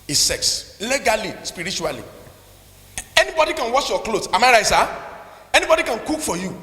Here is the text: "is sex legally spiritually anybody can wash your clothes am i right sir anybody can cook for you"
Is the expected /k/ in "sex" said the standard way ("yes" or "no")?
yes